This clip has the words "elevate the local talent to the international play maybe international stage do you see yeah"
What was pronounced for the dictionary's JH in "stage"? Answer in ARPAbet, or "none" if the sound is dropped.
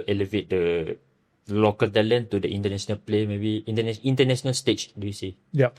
CH